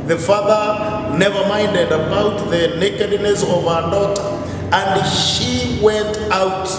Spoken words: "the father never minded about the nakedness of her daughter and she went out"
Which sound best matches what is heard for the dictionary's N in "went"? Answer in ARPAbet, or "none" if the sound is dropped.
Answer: N